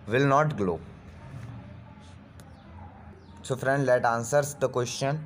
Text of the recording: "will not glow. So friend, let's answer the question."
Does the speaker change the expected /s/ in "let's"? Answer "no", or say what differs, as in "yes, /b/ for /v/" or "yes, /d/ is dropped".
yes, /s/ is dropped